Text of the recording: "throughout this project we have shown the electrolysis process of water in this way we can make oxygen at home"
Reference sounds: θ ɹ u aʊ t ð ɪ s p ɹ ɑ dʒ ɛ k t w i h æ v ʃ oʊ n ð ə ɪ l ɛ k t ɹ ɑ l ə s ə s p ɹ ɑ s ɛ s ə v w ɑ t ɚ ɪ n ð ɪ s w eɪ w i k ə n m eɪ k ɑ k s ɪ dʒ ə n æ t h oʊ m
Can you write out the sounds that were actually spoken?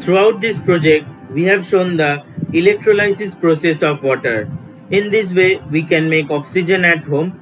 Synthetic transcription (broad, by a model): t ɹ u aʊ t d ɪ s p ɹ ɑ dʒ ɛ k t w i h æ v ʃ oʊ n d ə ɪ l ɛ k t ɹ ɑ l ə s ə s p ɹ ɑ s ɛ s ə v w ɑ t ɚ ɪ n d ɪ s w eɪ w i k ə n m eɪ k ɑ k s ɪ dʒ ə n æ t h oʊ m